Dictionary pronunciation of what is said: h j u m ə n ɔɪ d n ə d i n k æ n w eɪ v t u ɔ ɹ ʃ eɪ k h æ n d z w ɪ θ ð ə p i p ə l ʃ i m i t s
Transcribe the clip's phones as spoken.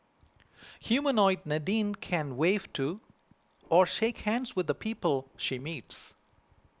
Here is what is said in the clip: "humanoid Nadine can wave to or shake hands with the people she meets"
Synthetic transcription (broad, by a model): h j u m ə n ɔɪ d n ə d i n k æ n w eɪ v t u ɔ ɹ ʃ eɪ k h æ n d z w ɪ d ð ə p i p ə l ʃ i m i t s